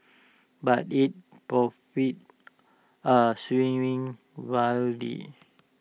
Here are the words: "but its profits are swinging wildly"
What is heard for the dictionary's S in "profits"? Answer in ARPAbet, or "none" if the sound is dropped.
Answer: none